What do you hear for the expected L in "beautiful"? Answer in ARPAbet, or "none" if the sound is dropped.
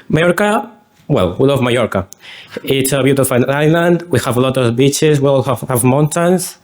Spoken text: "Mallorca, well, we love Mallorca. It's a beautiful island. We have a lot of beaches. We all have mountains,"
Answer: N